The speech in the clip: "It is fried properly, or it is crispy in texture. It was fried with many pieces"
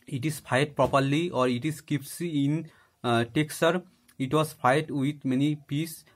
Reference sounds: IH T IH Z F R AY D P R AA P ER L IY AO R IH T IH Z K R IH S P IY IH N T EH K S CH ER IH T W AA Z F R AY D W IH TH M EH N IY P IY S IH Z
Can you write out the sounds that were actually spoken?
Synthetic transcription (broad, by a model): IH T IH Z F AY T P R AA P ER L IY AO R IH T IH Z K IH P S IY IH N T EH K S ER IH T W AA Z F AY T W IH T M EH N IY P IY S